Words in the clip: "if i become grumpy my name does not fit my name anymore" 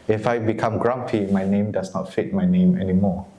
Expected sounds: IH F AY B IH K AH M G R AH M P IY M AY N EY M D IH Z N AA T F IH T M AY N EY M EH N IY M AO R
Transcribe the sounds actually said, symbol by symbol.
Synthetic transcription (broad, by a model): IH F AY B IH K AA M G R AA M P IY M AY N EY M D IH S N AA T F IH T M AY N EY M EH N IY M AO